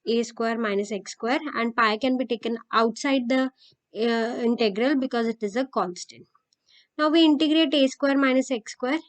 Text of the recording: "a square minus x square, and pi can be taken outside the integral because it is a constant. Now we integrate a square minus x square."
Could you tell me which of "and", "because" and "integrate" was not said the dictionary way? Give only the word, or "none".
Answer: none